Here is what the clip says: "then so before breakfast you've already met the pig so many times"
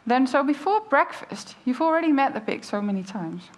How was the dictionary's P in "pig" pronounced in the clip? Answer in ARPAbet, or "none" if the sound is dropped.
B